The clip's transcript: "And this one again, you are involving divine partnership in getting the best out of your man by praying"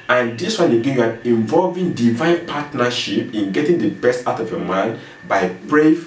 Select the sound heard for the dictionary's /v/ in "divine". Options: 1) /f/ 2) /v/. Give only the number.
2